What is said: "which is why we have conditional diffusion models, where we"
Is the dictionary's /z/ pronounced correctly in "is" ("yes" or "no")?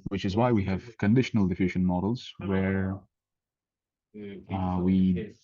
yes